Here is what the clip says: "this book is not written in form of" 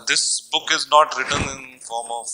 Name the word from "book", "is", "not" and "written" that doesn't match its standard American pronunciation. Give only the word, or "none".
none